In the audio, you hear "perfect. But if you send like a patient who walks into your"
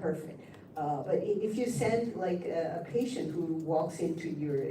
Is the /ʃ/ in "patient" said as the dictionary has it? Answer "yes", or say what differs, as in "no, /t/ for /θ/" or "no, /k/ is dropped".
yes